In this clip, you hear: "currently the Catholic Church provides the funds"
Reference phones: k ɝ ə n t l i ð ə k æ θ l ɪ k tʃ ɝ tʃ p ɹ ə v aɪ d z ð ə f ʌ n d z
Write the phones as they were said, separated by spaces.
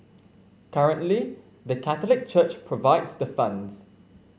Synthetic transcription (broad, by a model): k ɝ ə n t l i ð ə k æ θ l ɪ k tʃ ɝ tʃ p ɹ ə v aɪ d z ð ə f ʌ n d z